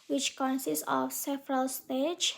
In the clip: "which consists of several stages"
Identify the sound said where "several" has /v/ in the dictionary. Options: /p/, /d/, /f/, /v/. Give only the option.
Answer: /f/